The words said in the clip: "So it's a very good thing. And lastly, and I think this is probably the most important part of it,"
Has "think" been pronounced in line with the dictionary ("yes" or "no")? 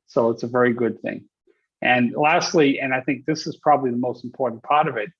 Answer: yes